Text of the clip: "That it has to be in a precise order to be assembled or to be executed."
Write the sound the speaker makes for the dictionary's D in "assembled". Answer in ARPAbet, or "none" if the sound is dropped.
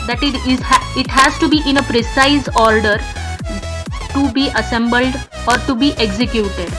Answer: D